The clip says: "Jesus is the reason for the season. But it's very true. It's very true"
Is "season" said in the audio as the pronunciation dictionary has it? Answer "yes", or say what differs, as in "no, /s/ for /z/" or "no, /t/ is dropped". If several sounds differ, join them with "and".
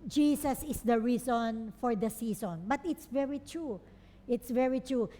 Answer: no, /s/ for /z/